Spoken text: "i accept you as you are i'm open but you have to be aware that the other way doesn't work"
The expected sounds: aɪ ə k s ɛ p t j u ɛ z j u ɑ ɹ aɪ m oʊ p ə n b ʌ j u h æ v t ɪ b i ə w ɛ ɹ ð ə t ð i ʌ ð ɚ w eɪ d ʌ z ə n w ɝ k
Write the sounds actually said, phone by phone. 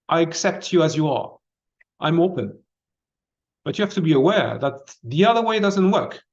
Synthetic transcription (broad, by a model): aɪ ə k s ɛ p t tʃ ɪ z j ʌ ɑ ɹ aɪ m oʊ p ə n b ʌ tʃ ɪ h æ f t ɪ b i ə w ɛ ɹ ð ə t ð i ʌ ð ɚ w eɪ d ʌ z ə n w ɝ k